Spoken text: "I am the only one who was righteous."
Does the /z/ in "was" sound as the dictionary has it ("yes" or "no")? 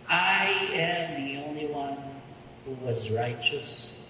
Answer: yes